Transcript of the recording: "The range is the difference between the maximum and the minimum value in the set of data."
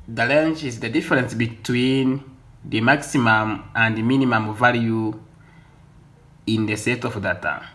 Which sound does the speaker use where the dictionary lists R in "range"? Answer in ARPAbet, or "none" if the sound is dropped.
L